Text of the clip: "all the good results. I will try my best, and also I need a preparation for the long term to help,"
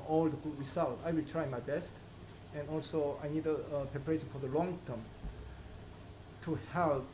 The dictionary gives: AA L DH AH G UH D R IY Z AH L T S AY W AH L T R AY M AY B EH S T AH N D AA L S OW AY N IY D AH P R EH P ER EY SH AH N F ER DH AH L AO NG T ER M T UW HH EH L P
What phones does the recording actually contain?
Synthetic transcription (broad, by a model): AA L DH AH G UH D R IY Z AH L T AY W AH L T R AY M AY B EH S T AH N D AA L S OW AY N IY D AH P R EH P ER EY SH AH N F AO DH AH L AO NG T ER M T UW HH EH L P